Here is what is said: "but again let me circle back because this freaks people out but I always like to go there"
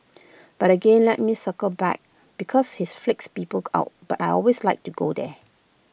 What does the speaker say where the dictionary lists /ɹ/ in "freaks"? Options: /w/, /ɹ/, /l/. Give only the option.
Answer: /l/